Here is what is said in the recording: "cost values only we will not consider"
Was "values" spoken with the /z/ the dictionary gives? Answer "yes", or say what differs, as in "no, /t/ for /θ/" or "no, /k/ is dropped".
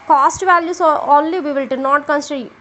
no, /s/ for /z/